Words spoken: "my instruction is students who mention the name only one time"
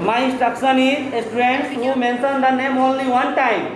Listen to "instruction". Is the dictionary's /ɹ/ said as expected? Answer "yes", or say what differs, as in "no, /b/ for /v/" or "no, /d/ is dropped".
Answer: no, /ɹ/ is dropped